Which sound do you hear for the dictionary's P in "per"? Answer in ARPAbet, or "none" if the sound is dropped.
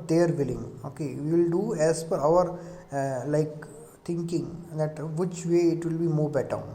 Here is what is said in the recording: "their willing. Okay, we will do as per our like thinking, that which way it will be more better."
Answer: F